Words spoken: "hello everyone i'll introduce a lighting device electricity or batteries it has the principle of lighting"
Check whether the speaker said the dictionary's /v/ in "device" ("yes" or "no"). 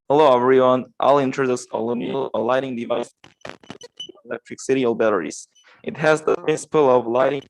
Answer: yes